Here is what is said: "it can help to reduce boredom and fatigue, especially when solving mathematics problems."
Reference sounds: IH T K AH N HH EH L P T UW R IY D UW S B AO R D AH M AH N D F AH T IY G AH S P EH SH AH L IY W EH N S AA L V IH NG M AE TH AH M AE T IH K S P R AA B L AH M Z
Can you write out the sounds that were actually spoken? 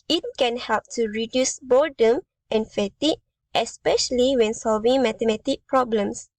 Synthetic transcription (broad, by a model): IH T K AH N HH EH L P T UW R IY D UW S B AO D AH M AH N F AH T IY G AH S P EH SH AH L IY W EH N S AA L V IH NG M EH T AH M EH T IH K P R AA B L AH M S